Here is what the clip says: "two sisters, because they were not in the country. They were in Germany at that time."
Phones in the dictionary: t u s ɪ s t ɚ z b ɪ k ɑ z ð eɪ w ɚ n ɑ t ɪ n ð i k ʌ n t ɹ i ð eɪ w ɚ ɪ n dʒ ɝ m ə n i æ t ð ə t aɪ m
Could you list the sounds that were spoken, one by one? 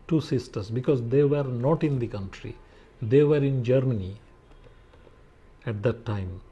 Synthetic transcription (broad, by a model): t u s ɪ s t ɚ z b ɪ k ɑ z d eɪ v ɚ n ɑ t ɪ n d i k ʌ n t ɹ i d eɪ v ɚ ɪ n dʒ ɝ m ə n i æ t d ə t aɪ m